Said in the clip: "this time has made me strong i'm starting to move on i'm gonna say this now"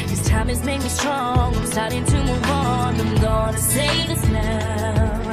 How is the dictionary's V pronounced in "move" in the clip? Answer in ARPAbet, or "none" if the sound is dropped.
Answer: W